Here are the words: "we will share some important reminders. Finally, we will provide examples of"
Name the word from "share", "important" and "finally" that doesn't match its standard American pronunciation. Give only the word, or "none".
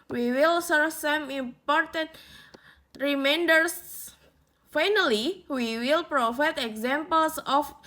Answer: share